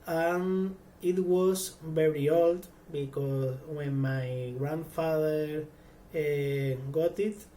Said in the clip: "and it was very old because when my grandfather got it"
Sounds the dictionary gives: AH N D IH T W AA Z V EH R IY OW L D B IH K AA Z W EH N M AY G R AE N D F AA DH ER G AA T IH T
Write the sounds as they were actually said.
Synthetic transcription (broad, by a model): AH N IH T W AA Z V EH R IY OW L D B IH K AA S W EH N M AY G R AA N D F AA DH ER G AA T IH T